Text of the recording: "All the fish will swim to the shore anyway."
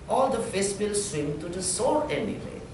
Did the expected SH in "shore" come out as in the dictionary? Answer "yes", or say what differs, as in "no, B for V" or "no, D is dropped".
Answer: no, S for SH